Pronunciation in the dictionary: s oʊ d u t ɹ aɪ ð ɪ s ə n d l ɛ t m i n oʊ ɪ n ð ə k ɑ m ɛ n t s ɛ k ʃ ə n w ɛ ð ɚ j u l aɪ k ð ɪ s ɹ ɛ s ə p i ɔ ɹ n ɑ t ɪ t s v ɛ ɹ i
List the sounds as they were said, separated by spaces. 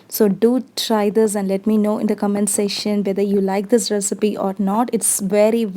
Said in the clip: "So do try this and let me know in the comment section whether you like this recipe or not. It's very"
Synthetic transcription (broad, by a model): s oʊ d u t ɹ aɪ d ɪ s ə n d l ɛ t m i n oʊ ɪ n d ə k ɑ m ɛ n s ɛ ʃ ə n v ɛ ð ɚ j u l aɪ k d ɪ s ɹ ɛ s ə p i ɔ ɹ n ɑ t ɪ t s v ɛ ɹ i